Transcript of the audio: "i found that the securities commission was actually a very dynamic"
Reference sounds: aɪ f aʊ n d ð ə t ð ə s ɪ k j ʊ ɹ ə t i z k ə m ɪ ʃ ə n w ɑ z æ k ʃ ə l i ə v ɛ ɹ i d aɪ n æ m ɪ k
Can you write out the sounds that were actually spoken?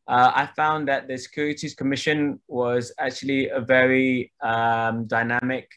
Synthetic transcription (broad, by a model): aɪ f aʊ n ð ə t ð ə s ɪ k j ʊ ɹ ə t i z k ə m ɪ ʃ ə n w ɑ z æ k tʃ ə l i ə v ɛ ɹ i d aɪ n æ m ɪ k